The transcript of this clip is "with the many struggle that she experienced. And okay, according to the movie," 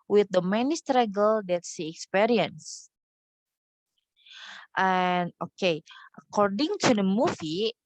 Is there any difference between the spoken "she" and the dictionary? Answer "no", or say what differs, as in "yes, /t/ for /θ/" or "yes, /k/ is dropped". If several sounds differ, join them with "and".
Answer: yes, /s/ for /ʃ/